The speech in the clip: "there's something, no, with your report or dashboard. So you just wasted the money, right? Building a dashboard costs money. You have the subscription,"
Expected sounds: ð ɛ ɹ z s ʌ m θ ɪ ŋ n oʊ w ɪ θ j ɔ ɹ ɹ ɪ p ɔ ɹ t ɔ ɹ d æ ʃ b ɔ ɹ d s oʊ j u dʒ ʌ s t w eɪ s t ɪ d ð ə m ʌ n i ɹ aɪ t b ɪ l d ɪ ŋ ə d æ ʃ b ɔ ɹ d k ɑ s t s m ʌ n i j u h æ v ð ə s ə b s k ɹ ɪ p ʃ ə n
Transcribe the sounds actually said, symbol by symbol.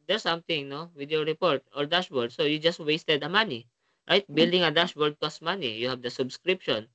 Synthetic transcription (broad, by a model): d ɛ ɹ s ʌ m t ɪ ŋ n oʊ w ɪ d j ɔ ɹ ɹ ɪ p ɔ ɹ t ɔ ɹ d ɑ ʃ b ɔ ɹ d s oʊ j u dʒ ʌ s t w eɪ s t ɪ d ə m ʌ n i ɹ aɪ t b ɪ l d ɪ ŋ ə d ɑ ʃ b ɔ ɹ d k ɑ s s m ʌ n i j u h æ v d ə s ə b s k ɹ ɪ p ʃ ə n